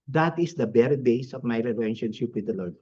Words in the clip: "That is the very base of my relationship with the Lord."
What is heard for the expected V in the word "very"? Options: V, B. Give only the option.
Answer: B